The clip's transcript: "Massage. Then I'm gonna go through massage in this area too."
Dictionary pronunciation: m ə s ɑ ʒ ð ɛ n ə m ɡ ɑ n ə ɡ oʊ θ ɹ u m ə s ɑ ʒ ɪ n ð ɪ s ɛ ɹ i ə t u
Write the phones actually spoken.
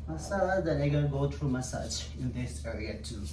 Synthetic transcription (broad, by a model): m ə s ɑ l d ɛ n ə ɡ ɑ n ɡ oʊ t ɹ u m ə s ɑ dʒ ɪ n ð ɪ s ɛ ɹ i ə t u